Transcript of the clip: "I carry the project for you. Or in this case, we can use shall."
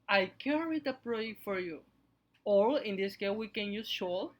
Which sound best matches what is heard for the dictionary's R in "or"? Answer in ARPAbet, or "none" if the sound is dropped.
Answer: L